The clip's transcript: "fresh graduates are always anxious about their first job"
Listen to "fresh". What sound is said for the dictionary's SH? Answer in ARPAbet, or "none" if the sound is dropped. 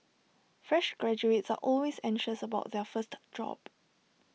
SH